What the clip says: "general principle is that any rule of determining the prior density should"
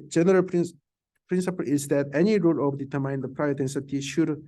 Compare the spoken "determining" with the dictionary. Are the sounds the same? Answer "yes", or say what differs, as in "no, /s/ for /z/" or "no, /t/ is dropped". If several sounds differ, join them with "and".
no, /n/ is dropped